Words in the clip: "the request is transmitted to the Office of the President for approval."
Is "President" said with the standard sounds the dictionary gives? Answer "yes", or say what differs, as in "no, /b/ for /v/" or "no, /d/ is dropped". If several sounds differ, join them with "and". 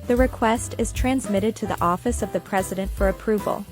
yes